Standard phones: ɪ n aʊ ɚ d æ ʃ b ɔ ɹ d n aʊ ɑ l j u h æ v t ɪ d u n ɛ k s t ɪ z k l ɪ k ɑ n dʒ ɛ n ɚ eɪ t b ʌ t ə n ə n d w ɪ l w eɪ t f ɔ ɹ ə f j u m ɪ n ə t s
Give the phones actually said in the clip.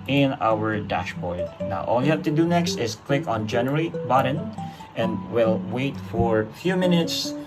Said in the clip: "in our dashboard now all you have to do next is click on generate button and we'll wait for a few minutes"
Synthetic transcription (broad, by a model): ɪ n aʊ ɚ d æ ʃ b ɔ ɹ d n aʊ ɑ l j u h æ v t ɪ d u n ɛ k s t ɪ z k l ɪ k ɑ n dʒ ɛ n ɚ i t b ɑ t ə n ə n d w ɪ l w eɪ t f ɔ ɹ f j u m ɪ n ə t s